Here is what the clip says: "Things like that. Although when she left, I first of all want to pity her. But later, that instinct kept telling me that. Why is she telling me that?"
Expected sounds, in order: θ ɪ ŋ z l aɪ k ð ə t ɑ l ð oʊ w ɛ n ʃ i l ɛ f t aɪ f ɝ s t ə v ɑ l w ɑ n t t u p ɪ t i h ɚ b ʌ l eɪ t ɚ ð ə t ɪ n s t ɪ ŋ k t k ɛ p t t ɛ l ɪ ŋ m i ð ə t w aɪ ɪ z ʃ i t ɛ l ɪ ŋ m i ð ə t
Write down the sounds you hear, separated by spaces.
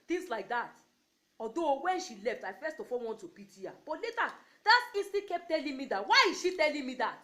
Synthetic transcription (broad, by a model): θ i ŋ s l aɪ k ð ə t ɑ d oʊ w ɛ n ʃ i l ɛ f t aɪ f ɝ s t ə f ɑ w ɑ n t t u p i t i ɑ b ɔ l eɪ t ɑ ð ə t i s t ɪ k k ɛ p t t ɛ l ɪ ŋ m i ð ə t w aɪ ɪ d ʃ i t ɛ l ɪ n m i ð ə t